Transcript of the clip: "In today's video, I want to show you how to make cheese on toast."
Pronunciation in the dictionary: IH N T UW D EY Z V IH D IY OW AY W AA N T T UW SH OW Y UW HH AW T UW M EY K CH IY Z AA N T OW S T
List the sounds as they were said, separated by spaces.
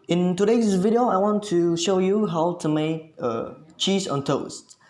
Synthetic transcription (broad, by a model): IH N T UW D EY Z V IH D IY OW AY W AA N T T UW SH OW Y UW HH AW T UW M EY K CH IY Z AA N T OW S T